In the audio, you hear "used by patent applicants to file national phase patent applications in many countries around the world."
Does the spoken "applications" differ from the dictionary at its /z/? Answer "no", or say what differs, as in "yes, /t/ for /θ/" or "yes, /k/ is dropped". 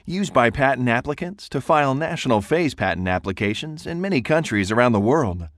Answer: no